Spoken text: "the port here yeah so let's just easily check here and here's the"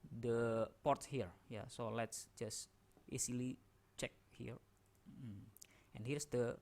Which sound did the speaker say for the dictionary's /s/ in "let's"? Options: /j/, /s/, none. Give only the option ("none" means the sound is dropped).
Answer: /s/